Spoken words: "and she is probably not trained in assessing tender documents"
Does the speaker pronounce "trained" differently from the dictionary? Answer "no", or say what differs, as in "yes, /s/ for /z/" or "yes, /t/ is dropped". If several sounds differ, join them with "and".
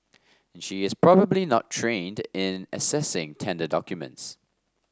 no